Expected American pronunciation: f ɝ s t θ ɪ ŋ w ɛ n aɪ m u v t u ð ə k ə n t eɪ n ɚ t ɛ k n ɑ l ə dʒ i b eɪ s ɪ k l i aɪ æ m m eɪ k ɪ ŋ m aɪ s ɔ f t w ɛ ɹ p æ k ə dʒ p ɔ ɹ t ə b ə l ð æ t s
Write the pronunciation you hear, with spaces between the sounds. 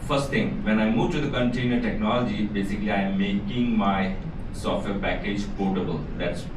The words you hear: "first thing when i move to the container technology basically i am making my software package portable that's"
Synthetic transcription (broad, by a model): f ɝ s t t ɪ ŋ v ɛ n aɪ m u v t u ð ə k ə n t eɪ n ɚ t ɛ k n ɑ l ə dʒ i b eɪ s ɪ k l i aɪ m m eɪ k ɪ ŋ m aɪ s ɔ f t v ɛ ɹ p æ k ə dʒ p ɔ t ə b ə l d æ t s